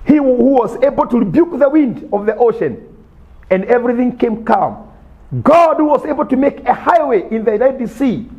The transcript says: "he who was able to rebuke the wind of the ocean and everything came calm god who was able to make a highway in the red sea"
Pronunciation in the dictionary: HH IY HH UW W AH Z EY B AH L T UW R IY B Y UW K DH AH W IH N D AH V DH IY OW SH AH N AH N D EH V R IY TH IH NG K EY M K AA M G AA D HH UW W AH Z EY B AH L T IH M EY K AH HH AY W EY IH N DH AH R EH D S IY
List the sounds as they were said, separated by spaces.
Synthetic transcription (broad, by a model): HH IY HH UW W AH Z EY B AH L T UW R IY B Y UW K DH AH W IH N D AH V DH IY OW SH AH N AH N D EH V R IY TH IH NG K EY M K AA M G AA D HH UW W AH Z EY B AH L T IH M EY K AH HH AY W EY IH N DH AH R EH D S IY